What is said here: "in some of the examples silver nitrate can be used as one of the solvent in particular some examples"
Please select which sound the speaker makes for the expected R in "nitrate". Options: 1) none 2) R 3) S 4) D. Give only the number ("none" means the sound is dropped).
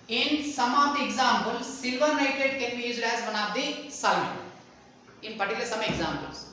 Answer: 1